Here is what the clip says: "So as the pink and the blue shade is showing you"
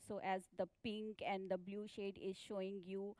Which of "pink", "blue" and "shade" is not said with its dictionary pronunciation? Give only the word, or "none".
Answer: none